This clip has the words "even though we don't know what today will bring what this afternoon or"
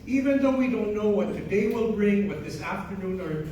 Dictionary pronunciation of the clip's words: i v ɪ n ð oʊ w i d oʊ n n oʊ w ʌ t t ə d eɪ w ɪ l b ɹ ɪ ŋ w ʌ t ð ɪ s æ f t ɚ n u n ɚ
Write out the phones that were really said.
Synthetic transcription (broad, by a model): i v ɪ n ð oʊ w i d oʊ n n oʊ w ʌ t t ə d eɪ w ɪ l b ɹ ɪ ŋ w ʌ t ð ɪ s æ f t ɚ n u n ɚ